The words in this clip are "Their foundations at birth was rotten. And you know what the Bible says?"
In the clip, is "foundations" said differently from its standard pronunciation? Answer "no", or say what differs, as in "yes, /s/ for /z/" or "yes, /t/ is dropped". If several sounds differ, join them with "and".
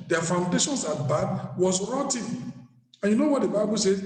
yes, /s/ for /z/